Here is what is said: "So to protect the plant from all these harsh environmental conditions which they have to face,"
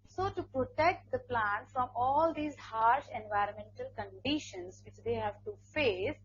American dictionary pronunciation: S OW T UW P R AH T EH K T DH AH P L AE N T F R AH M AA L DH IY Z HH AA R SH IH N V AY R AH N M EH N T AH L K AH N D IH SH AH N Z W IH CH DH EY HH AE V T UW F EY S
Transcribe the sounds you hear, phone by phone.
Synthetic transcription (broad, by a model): S OW T UW P R AH T EH K T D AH P L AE N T F R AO M AA L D IY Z HH AA R SH IH N V AY R AH N M EH N T AH L K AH N D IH SH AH N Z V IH CH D EY HH AE V T UW F EY S